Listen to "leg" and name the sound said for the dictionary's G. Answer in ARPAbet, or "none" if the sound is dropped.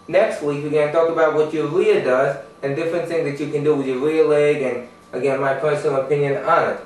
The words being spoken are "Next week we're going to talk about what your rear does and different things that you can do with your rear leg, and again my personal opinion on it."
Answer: G